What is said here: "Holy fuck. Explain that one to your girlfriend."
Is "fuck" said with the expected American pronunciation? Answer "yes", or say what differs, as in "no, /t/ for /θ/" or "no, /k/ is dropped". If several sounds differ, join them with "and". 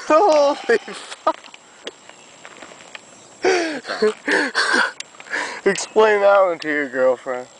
no, /k/ is dropped